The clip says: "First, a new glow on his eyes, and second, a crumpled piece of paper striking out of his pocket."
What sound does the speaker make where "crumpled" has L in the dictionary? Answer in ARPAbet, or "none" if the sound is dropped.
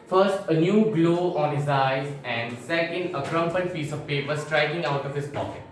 N